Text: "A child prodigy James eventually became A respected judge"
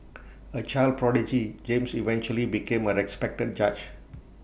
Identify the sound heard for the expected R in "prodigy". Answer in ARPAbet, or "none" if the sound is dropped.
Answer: R